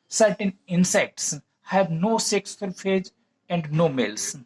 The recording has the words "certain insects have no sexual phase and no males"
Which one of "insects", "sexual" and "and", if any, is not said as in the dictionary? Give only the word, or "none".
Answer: sexual